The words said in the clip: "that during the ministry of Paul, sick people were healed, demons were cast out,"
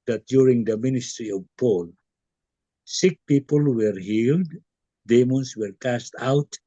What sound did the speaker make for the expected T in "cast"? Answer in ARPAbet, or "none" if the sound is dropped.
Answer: T